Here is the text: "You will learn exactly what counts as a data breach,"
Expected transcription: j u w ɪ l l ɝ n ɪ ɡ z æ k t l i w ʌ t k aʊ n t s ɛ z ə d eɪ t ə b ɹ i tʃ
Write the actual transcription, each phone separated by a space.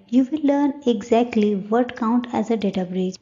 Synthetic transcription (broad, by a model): j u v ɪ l l ɝ n ɪ ɡ z æ k t l i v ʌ t k aʊ n t ɛ z ə d eɪ t ə b ɹ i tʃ